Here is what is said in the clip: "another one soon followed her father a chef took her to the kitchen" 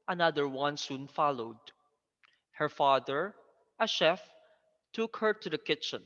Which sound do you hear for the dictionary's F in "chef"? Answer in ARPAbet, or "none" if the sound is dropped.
F